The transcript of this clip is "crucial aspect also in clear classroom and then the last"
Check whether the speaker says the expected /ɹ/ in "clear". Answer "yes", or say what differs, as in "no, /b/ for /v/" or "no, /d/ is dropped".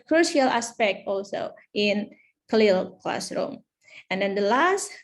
no, /l/ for /ɹ/